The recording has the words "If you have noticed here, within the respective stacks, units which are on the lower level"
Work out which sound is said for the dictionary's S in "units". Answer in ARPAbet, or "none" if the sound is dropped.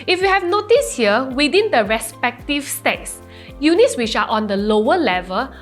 S